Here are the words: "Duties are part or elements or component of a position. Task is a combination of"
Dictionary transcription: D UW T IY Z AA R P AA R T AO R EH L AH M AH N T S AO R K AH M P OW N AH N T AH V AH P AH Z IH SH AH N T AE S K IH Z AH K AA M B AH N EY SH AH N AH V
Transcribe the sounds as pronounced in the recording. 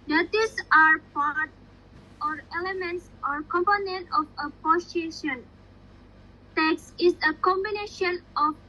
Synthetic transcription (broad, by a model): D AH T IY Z AA R P AA R T AO R EH L AH M AH N T S AO R K AH M P OW N AH N T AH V AH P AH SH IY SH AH N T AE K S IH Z AH K AA M B AH N EY SH AH N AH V